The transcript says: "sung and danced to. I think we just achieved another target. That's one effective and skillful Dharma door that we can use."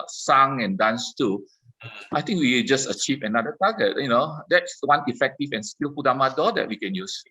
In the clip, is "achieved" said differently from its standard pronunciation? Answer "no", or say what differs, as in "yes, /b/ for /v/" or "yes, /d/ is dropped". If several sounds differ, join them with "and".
yes, /d/ is dropped